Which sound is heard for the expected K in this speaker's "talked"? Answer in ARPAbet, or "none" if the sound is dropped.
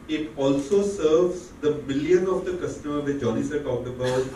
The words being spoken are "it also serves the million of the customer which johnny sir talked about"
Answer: none